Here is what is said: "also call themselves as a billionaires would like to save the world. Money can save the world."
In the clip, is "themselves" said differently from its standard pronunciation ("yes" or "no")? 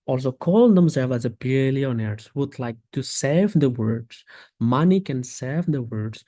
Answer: yes